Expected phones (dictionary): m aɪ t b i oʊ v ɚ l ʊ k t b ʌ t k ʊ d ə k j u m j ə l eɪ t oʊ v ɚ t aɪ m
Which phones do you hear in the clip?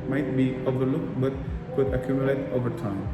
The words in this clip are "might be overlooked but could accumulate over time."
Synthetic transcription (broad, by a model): m aɪ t b i oʊ v ɚ l ʊ k t b ʌ t k ʊ d ə k j u m j ə l eɪ t oʊ v ɚ t aɪ m